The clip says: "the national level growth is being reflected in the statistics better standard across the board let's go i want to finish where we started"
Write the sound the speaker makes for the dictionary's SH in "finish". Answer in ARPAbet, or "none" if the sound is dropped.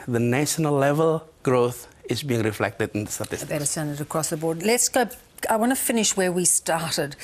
SH